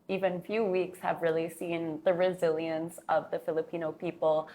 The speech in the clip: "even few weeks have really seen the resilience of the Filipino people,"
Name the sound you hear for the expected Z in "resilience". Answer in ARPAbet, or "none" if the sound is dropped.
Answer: Z